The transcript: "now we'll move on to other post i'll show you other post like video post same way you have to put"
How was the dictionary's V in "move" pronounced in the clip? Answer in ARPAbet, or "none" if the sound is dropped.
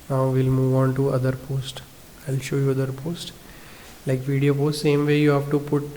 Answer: V